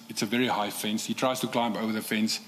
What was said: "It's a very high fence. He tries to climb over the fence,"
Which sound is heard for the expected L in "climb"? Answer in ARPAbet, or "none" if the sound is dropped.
L